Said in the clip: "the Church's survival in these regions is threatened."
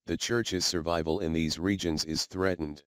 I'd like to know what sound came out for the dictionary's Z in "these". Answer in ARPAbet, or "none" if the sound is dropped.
Z